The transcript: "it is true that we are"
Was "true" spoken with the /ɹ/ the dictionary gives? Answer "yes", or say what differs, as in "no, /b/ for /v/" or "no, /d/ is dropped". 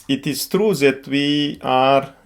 yes